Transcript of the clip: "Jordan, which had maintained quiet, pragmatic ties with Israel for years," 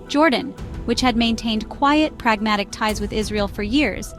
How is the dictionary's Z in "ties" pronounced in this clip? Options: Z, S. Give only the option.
Z